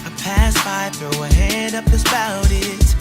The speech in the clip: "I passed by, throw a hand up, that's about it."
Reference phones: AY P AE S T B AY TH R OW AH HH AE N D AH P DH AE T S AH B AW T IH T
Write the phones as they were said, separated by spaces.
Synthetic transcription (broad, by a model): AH P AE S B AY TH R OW AH HH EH D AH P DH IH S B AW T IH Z